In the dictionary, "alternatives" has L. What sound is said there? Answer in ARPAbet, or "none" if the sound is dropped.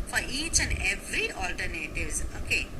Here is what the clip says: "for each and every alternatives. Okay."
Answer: L